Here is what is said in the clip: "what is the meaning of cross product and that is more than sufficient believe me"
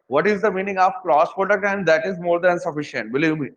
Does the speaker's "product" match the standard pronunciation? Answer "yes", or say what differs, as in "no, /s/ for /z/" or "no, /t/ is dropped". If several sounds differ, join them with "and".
no, /ɹ/ is dropped